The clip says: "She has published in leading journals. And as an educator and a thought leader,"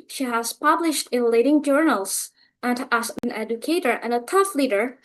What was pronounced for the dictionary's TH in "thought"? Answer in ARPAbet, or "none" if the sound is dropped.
T